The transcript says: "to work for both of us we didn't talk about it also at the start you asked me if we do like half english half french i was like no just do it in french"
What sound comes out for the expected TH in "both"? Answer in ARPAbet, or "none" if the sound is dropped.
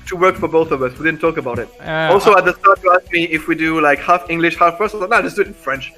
TH